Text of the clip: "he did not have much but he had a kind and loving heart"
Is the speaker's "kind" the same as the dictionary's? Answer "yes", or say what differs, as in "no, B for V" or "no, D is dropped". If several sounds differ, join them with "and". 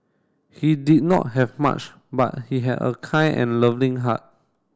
no, D is dropped